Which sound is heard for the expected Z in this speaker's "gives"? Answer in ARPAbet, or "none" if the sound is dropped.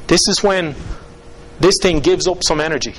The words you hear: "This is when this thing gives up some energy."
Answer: Z